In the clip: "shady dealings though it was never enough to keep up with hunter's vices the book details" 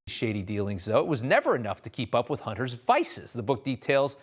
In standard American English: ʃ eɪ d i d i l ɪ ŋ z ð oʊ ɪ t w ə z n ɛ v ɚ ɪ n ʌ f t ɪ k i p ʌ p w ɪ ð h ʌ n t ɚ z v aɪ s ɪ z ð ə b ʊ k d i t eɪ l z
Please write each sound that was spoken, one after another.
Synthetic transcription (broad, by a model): ʃ eɪ d i d i l ɪ ŋ z ð oʊ ɪ t w ə z n ɛ v ɚ ɪ n ʌ f t ɪ k i p ʌ p w ɪ ð h ʌ n t ɚ z v aɪ s ɪ z ð ə b ʊ k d i t eɪ l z